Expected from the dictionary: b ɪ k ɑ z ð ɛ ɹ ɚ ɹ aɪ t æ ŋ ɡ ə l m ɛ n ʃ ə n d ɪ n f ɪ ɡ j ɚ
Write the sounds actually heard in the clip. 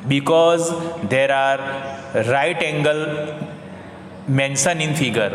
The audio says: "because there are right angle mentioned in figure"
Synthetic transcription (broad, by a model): b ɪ k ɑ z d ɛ ɹ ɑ ɹ aɪ t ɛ ŋ ɡ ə l m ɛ n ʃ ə n ɪ n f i ɡ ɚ